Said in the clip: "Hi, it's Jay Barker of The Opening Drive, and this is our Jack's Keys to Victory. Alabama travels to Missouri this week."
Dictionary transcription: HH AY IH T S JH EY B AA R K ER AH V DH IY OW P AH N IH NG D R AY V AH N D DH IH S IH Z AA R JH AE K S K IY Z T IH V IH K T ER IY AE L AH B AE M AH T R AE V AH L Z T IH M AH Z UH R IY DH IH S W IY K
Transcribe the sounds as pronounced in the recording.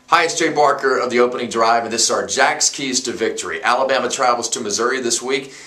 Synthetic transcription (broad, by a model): HH AY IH S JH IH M AA R K ER AH V DH IY OW P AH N IH NG D R AY V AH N DH IH S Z AA R JH AE K S K IY Z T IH V IH K T ER IY AE L AH B AE M AH T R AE V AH L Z T IH M AH Z UH R IY DH IH S W IY K